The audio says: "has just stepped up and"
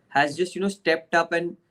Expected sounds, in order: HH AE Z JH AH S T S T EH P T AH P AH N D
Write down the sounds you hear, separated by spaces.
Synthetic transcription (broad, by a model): HH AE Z JH AH S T S T EH P T AH P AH N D